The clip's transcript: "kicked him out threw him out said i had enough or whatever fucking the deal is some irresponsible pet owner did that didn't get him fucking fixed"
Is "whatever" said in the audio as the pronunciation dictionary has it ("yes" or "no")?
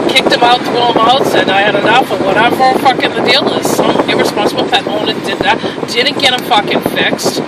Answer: no